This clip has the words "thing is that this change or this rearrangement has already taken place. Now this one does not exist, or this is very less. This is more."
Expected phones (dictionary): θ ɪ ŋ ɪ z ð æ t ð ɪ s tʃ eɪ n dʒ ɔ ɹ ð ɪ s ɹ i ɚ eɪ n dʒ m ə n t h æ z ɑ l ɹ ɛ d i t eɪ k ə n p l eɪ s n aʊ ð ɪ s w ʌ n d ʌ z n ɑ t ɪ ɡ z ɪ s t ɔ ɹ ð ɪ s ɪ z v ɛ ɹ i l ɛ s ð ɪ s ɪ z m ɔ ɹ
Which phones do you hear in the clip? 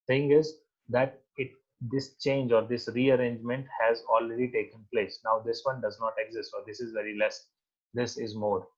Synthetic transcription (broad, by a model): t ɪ ŋ ɪ z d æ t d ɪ s tʃ eɪ n dʒ ɔ ɹ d ɪ s ɹ i ɚ eɪ n dʒ m ə n t h æ z ɑ l ɹ ɛ d i t eɪ k ə n p l eɪ s n aʊ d ɪ s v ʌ n d ʌ z n ɑ t ɪ ɡ z ɪ s t ɔ ɹ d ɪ s ɪ z v ɛ ɹ i l ɛ s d ɪ s ɪ z m ɔ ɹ